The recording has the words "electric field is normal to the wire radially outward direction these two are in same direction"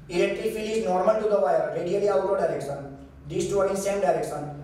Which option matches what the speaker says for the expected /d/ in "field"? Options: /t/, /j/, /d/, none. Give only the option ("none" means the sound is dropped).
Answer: none